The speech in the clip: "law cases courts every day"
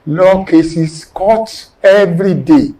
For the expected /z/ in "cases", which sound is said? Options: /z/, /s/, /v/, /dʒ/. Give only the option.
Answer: /s/